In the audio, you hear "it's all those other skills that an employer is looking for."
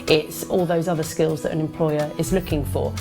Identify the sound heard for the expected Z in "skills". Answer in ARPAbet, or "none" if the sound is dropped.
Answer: Z